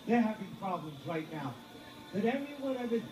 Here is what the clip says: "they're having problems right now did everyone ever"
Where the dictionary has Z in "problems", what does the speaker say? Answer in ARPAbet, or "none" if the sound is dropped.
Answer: Z